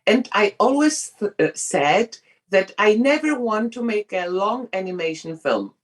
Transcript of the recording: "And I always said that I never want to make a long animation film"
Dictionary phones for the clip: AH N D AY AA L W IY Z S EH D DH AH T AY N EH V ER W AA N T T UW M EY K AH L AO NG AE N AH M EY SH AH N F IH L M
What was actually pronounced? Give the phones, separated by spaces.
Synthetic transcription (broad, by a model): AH N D AY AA L W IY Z S EH D DH AH T AY N EH V ER W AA N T T UW M EY K AH L AO NG AE N AH M EY SH AH N F IH L M